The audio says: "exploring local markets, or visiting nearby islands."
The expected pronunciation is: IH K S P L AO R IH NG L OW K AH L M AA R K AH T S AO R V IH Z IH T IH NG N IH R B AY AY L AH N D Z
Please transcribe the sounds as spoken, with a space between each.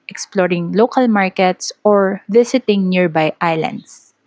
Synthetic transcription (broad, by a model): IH K S P L AO R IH NG L OW K AH L M AA R K AH T S AO R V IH S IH T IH NG N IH R B AY AY L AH N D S